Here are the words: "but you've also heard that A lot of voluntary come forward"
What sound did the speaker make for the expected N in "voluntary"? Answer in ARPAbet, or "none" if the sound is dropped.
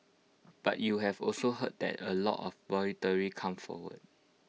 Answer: none